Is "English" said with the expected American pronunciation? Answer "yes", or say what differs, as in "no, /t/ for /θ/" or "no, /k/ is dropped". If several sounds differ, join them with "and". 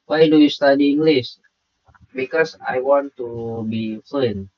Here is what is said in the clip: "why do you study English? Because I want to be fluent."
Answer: no, /s/ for /ʃ/